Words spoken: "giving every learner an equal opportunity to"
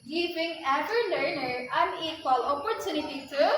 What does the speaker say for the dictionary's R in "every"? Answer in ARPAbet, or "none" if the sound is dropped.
none